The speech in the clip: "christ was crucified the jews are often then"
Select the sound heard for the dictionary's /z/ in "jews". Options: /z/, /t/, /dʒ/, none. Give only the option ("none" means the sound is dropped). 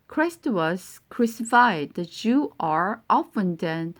none